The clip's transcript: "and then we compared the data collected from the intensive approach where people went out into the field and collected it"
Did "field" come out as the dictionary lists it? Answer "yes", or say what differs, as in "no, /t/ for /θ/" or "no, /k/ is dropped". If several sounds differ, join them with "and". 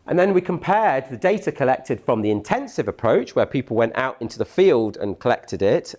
yes